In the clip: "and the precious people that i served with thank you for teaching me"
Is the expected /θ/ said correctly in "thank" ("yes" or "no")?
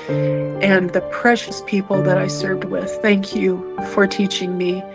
yes